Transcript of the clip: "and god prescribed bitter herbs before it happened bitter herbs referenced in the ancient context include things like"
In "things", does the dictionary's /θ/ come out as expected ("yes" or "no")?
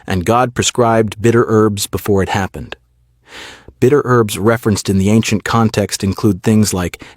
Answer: yes